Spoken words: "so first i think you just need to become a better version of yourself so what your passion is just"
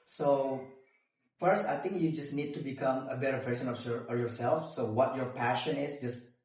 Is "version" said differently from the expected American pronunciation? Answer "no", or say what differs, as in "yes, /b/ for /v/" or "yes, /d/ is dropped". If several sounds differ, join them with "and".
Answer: yes, /s/ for /ʒ/